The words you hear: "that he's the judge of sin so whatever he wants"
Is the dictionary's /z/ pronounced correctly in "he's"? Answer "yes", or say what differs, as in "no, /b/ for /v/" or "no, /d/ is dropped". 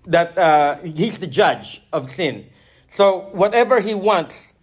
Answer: yes